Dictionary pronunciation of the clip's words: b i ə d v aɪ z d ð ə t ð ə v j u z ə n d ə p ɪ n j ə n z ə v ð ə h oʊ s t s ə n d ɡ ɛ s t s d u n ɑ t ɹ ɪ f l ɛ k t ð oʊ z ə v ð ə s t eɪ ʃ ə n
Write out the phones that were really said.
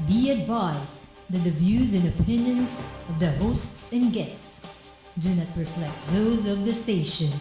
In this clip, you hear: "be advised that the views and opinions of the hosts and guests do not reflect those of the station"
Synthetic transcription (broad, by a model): b i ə d v aɪ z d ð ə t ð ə v j u z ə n ə p ɪ n j ə n z ə v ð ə h oʊ s t s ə n ɡ ɛ s t s d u n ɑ t ɹ ɪ f l ɛ k t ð oʊ z ə v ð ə s t eɪ ʃ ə n